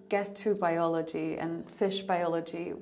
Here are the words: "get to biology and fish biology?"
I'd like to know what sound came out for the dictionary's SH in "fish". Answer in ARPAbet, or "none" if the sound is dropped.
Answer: SH